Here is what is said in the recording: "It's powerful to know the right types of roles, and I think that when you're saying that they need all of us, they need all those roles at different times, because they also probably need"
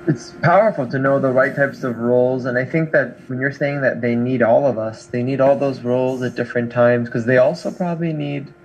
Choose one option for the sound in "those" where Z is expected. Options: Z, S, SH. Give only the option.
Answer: Z